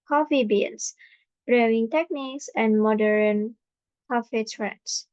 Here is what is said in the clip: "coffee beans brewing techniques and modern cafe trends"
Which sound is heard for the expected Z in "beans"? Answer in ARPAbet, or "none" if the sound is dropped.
S